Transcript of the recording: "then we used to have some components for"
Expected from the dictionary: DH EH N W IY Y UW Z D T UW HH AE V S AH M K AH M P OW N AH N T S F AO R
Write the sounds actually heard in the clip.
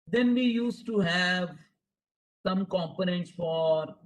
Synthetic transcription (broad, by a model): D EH N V IY Y UW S T UW HH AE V S AH M K AH M P OW N AH N T S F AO R